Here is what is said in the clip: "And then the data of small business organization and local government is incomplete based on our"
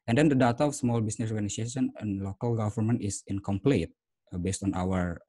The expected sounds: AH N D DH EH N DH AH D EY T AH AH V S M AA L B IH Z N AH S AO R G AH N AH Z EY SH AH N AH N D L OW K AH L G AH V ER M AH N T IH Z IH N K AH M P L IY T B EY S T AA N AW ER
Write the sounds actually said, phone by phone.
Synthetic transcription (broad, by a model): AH N D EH N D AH D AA T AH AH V S M AA L B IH S N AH S AO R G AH N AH S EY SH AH N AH N L OW K AH L G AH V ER M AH N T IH S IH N K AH M P L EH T B EY S T AA N AW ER